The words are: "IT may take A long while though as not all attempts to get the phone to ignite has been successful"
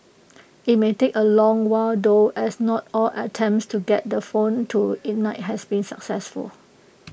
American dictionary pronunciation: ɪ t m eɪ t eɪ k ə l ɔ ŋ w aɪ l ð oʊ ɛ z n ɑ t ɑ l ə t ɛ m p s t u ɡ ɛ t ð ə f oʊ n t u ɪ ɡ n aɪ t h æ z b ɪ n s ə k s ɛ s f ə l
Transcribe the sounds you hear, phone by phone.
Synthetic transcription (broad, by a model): ɪ t m eɪ t eɪ k ə l ɔ ŋ w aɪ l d oʊ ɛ s n ɑ t ɑ l ə t ɛ m p s t u ɡ ɛ t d ə f oʊ n t u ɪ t n aɪ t h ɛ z b ɪ n s ə k s ɛ s f ə l